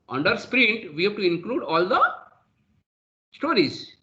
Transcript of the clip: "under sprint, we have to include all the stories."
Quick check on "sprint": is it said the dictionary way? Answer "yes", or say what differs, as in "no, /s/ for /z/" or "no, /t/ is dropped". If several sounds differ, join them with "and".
yes